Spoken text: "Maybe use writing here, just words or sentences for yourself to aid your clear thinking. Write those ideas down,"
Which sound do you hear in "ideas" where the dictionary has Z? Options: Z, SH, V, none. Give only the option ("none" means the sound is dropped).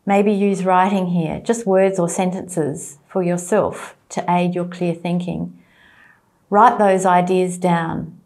Z